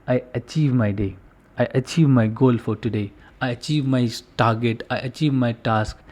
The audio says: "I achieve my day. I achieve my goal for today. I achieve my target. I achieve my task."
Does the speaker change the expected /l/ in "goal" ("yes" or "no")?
no